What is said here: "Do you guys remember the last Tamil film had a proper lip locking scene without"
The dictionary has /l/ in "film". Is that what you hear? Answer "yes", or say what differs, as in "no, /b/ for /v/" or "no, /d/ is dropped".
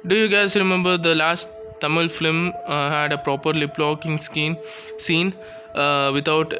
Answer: no, /l/ is dropped